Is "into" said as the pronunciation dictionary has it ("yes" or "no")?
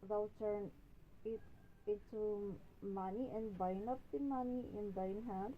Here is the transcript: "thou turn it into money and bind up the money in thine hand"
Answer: no